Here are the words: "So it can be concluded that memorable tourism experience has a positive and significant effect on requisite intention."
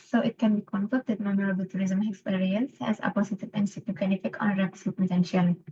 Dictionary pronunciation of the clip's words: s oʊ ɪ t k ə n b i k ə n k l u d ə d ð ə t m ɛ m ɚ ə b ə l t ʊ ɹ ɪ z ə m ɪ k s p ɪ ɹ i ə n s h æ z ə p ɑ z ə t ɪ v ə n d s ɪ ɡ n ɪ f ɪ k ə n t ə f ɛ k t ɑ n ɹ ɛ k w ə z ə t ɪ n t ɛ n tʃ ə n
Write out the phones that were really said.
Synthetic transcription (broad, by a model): s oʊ ɪ t k ə n b i k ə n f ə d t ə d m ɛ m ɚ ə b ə l t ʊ ɹ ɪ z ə m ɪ k s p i ɹ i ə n s h æ z ə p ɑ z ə t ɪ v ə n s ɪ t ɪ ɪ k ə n ə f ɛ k ɑ n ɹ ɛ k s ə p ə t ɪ n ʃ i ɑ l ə